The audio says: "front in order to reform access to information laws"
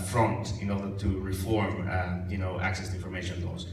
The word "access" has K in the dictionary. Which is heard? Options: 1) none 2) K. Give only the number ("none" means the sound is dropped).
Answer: 2